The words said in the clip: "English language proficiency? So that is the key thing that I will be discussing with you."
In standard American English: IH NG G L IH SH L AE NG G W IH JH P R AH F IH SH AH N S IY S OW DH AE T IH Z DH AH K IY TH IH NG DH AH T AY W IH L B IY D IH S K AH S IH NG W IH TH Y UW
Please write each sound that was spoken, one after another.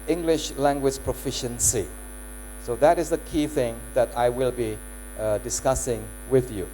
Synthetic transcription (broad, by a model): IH NG G L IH SH L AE NG G W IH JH P R AH F IH SH AH N S IY S OW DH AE T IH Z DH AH K IY TH IH NG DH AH T AY W IH L B IY D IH S K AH S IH NG W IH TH Y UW